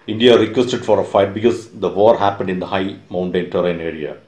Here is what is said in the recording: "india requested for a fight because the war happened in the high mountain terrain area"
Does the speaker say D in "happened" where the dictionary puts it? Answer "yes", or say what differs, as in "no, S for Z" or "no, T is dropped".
yes